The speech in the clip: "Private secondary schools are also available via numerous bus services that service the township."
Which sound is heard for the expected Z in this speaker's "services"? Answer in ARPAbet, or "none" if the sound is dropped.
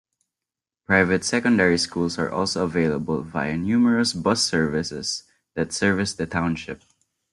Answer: S